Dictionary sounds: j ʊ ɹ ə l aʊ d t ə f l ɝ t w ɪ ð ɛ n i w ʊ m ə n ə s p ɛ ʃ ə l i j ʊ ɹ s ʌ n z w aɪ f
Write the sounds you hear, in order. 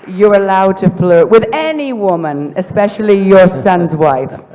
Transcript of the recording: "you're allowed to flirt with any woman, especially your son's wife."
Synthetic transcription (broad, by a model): j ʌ ɹ ə l aʊ d t ə f l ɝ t w ɪ ð ɛ n i w ʊ m ə n ə s p ɛ ʃ ə l i j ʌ ɹ s ʌ n z w aɪ f